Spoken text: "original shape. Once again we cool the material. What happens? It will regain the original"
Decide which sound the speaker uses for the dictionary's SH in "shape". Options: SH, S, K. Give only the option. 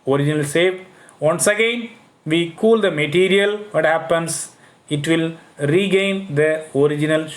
S